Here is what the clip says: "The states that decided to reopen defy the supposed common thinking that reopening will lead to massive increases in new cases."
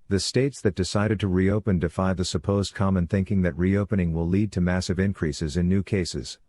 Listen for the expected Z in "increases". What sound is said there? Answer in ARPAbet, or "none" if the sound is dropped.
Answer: Z